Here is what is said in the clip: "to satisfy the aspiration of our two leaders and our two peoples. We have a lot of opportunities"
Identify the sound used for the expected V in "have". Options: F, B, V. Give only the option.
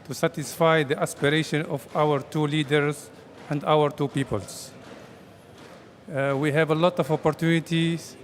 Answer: V